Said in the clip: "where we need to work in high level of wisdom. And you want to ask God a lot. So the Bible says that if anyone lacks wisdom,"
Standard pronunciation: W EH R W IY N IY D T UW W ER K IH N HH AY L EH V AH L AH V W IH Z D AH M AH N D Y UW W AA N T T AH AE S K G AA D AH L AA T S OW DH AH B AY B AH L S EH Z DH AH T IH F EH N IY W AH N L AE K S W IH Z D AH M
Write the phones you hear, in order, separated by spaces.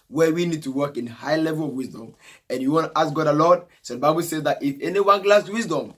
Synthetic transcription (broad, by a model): W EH W IY N IY D T UW W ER K IH N HH AY L EH V AH L AH V W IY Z D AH M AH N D Y UW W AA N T T AH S G AA D AH L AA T S OW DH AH B AY B AH L S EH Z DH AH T IH F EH N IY W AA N L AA S W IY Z D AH M